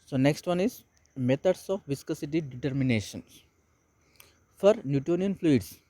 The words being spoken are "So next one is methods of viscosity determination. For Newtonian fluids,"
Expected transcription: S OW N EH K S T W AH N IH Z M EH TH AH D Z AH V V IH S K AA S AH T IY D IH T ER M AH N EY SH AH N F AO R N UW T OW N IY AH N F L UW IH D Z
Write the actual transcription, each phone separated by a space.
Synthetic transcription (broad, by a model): S OW N EH K S T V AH N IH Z M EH T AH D S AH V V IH S K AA S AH T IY D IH T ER M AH N EY SH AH N F AO R N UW T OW N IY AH N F L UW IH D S